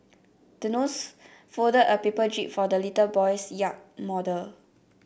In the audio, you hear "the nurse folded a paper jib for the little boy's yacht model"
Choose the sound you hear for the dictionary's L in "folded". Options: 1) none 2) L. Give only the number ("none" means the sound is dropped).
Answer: 1